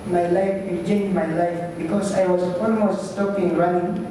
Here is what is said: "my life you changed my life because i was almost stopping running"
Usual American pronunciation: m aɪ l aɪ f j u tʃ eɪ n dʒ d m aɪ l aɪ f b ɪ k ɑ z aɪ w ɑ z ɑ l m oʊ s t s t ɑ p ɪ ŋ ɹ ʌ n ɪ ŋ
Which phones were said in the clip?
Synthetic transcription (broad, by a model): m aɪ l aɪ f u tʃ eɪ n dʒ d m aɪ l aɪ f b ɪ k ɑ s aɪ w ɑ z ɑ l m oʊ s t s t ɑ p ɪ ŋ ɹ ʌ n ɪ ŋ